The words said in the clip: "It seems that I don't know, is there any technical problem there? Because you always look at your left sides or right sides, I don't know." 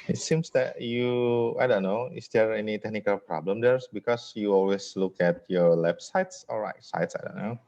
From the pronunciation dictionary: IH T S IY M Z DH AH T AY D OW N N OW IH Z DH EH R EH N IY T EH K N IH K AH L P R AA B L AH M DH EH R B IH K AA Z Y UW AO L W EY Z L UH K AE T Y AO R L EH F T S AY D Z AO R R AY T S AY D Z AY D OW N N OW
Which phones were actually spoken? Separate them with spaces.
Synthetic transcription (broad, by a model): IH T S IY M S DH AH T AY D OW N N OW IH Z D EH R EH N IY T EH K N IH K AH L P R AA B L AH M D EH R B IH K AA S Y UW AO L W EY S L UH K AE T Y AO R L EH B S AY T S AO L R AY T S AY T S AY D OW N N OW